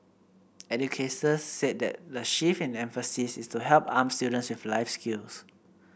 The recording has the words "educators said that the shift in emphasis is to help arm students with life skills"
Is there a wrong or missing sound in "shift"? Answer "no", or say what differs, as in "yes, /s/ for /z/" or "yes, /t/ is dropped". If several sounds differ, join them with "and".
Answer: yes, /t/ is dropped